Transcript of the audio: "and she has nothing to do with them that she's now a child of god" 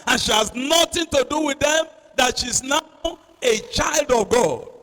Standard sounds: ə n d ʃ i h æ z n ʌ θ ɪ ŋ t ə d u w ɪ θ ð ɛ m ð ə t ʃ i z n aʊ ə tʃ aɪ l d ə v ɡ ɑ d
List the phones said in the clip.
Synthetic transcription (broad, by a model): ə n ʃ i h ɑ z n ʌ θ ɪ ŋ t ə d u w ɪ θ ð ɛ m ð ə t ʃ i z n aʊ ə tʃ aɪ l d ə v ɡ ɑ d